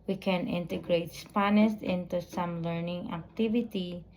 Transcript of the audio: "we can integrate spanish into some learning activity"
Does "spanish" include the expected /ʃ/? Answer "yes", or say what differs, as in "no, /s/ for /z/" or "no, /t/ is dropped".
no, /s/ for /ʃ/